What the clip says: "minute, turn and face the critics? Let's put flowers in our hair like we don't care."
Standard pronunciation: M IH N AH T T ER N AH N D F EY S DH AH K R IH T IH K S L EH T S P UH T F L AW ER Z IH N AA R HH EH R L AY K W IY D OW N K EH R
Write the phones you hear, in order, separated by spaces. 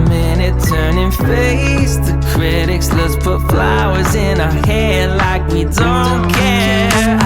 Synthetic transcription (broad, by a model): M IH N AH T T ER N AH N F EY S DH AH K R IH T IH K S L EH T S P UH T F L AW ER Z IH N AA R HH EH L AY K W IY D OW N K EH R